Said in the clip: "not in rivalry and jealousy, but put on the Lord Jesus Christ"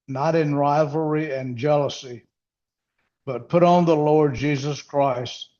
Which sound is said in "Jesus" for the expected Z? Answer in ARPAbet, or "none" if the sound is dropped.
Z